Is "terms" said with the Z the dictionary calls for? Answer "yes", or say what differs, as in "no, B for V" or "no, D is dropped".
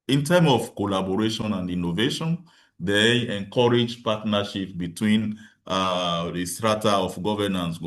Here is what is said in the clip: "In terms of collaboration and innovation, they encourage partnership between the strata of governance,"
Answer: no, Z is dropped